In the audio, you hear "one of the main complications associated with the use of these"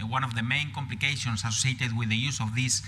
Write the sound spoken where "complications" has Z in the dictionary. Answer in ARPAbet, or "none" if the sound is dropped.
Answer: S